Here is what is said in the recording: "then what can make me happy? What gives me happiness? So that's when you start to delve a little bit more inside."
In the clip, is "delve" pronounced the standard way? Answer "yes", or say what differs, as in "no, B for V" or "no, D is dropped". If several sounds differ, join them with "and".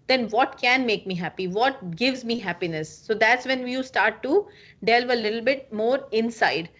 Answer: yes